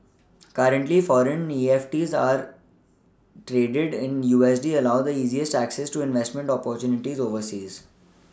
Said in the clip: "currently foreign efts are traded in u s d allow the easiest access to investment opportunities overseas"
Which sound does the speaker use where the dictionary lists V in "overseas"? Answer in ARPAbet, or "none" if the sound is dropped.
V